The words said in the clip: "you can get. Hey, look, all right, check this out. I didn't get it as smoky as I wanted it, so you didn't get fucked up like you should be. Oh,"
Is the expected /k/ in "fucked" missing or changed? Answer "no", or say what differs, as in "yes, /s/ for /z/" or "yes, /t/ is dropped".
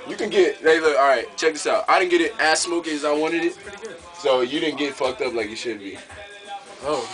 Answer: no